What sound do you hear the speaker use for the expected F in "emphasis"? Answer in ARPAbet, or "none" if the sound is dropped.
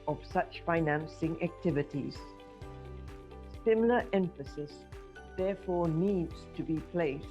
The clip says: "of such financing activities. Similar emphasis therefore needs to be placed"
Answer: F